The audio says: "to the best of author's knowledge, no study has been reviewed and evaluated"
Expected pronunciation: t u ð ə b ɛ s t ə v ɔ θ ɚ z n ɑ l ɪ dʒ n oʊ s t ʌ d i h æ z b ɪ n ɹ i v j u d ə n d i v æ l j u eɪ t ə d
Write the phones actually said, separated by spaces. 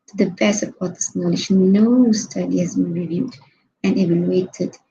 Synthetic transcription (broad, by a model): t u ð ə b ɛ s ə p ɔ t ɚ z n ɑ l ɪ dʒ n oʊ s t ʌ d i h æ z b ɪ n ɹ i v j u d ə n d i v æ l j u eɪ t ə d